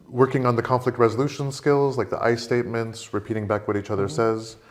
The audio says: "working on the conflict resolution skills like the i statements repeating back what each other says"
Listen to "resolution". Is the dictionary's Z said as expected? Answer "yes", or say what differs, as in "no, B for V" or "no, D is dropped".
yes